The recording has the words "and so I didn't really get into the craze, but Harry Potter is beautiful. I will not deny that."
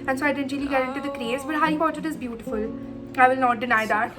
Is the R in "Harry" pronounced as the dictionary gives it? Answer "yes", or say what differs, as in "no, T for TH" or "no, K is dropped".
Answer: no, R is dropped